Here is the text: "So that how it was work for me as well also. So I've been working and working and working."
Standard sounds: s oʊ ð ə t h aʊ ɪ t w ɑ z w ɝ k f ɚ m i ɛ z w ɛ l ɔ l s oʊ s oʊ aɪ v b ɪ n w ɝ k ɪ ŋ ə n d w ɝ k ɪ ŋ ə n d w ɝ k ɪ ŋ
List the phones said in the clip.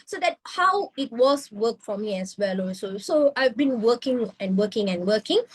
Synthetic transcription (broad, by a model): s oʊ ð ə t h aʊ ɪ t w ɑ s w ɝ k f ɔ m i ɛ s w ɛ l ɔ s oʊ s oʊ aɪ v b ɪ n w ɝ k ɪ ŋ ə n w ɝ k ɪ ŋ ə n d w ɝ k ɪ ŋ